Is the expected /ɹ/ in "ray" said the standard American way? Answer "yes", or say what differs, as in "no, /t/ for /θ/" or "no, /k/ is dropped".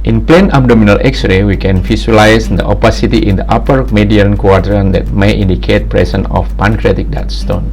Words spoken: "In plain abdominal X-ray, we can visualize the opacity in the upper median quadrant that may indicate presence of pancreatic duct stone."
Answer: yes